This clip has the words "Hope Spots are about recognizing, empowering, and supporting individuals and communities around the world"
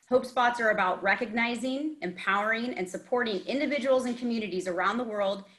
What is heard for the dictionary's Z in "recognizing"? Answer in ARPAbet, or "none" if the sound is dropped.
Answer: Z